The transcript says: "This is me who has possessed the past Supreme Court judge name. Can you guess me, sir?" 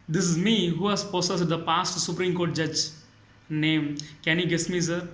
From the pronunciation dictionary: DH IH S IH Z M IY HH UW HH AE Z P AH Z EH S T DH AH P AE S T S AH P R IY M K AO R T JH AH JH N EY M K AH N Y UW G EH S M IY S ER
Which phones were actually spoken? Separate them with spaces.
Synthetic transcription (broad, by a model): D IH S IH Z M IY HH UW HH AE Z P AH S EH S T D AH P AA S T S AH P R IY M K AO R T JH AH JH N EY M K AH N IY G EH S M IY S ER